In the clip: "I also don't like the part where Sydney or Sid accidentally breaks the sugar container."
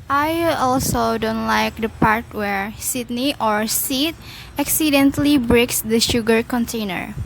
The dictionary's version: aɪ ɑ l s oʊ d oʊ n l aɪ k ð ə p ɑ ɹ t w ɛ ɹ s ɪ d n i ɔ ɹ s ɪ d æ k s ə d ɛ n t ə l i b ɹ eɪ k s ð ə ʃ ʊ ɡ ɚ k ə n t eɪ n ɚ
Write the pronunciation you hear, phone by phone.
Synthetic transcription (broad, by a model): aɪ ɑ l s oʊ d oʊ n l aɪ k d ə p ɑ ɹ t w ɛ ɹ s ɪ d n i ɔ ɹ s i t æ k s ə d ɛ n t l i b ɹ eɪ k s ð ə ʃ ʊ ɡ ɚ k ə n t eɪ n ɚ